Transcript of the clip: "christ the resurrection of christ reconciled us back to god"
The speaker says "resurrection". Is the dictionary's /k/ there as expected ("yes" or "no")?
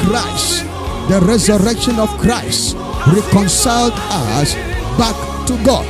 yes